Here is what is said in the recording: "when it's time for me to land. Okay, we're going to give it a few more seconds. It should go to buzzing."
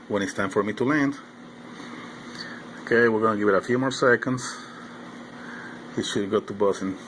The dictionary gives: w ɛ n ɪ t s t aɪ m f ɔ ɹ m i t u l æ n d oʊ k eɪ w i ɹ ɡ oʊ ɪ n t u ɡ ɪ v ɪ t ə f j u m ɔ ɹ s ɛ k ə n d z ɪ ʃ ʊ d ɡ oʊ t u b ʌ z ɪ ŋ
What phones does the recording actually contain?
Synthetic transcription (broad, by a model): w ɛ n ɪ t s t aɪ m f ɔ ɹ m i t u l æ n d oʊ k eɪ w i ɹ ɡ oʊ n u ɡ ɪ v ɪ t ə f j u m ɔ ɹ s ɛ k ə n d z ɪ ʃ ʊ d ɡ oʊ t u b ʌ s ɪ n